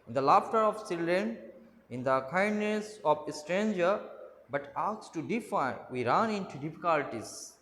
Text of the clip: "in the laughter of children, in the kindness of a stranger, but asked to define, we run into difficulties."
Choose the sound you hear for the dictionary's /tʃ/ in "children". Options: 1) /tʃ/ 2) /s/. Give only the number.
2